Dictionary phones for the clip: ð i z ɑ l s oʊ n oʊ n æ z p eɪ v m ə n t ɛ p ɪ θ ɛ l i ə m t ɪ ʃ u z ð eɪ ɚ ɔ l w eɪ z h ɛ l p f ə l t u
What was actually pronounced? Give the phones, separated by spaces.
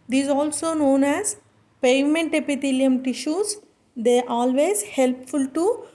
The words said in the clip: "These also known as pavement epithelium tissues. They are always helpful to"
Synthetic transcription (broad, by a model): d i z ɑ l s oʊ n oʊ n æ z p eɪ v m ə n t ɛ p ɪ t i l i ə m t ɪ ʃ u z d eɪ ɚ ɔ l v eɪ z h ɛ l p f ə l t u